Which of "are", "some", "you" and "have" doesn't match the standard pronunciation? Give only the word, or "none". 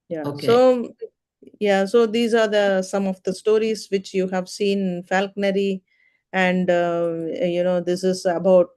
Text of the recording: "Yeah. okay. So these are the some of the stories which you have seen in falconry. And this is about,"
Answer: none